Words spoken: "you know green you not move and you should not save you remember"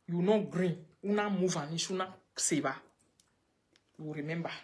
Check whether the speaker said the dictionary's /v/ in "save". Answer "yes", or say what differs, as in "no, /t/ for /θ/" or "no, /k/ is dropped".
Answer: no, /b/ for /v/